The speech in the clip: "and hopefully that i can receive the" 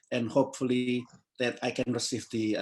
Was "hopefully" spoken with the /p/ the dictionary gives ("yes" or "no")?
yes